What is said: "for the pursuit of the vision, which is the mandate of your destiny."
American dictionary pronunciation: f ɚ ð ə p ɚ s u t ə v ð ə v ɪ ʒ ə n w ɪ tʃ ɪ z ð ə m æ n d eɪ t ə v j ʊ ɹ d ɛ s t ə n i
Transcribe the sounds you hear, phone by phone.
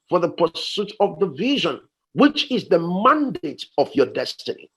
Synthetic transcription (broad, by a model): f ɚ ð ə p ɚ s u t ə v ð ə v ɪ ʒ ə n w ɪ tʃ ɪ z ð ə m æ n d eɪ t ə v j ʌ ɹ d ɛ s t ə n i